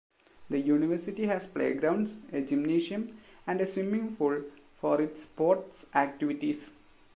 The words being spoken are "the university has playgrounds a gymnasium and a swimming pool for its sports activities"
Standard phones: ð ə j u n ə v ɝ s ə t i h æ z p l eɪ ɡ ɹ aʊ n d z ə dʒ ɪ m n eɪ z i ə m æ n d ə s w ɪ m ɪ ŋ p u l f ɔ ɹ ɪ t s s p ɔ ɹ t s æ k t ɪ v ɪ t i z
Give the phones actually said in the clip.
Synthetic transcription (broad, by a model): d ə j u n ə v ɝ s ə t i h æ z p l eɪ ɡ ɹ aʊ n d s ə dʒ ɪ m n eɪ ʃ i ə m æ n d ə s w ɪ m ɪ ŋ f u l f ɔ ɹ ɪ t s s p ɔ ɹ t s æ k t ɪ v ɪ t i s